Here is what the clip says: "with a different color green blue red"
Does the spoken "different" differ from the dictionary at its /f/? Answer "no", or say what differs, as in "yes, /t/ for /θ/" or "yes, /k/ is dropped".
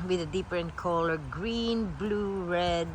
yes, /p/ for /f/